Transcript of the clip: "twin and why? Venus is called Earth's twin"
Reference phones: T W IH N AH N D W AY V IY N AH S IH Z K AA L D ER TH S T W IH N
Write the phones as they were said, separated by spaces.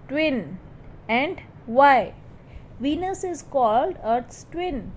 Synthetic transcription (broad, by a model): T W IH N AH N D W AY V IY N AH S IH Z K AA L D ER T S T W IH N